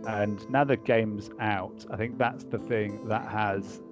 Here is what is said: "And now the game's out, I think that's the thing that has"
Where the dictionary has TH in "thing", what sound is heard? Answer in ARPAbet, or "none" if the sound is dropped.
TH